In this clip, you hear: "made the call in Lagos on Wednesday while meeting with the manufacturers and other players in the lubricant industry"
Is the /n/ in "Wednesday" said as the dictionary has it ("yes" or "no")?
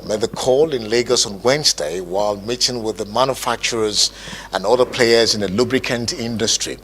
yes